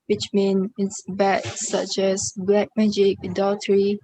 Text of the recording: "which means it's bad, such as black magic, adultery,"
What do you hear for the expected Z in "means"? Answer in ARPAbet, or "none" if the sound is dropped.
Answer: none